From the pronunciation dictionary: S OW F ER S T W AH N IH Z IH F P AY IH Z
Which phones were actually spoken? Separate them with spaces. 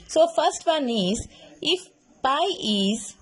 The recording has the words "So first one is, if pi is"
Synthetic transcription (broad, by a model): S OW F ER S T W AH N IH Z IH F B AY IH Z